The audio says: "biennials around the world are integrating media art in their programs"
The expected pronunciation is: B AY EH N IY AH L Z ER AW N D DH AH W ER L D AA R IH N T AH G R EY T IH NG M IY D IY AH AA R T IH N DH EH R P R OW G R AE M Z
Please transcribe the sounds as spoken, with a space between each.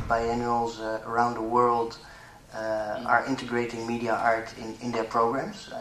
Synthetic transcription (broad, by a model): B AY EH N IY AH L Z ER AW N D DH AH W ER L D AA R IH N T AH G R EY T IH NG M IY D IY AH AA R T IH N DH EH R P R OW G R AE M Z